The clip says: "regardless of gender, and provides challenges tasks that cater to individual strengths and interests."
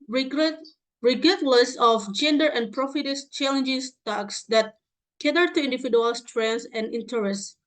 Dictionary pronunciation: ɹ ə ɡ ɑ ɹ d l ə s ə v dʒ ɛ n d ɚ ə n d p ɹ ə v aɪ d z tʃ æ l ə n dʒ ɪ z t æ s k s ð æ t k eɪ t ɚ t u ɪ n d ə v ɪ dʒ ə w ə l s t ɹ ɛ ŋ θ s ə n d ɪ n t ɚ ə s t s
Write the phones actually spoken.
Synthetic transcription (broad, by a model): ɹ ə ɡ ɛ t l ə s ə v dʒ ɛ n d ɚ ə n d p ɹ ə f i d s tʃ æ l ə n dʒ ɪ s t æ k s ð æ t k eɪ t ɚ t u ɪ n d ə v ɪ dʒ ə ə l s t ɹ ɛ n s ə n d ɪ n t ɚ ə s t